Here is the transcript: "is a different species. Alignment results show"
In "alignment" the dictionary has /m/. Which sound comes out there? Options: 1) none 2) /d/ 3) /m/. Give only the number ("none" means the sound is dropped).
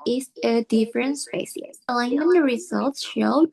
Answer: 1